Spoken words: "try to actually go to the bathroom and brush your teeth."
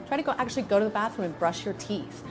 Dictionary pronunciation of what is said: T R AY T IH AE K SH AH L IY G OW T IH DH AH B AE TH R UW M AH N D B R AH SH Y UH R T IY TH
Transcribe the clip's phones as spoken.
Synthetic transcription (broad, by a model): T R AY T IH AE K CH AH L IY G OW T IH DH AH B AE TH R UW AH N B R AH SH Y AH R T IY TH